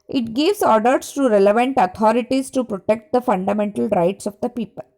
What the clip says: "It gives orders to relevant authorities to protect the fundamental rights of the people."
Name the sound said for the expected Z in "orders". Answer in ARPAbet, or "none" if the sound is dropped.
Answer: S